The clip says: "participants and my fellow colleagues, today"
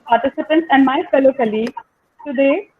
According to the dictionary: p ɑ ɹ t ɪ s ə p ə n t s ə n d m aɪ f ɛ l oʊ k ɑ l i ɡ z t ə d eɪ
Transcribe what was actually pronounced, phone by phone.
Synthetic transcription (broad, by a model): p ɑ ɹ t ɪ s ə p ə n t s ə n d m aɪ f ɛ l oʊ k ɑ l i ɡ t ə d eɪ